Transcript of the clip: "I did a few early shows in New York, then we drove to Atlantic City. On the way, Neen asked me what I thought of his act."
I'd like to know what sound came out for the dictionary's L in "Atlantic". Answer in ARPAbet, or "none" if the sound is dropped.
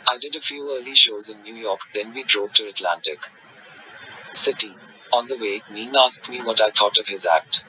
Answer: L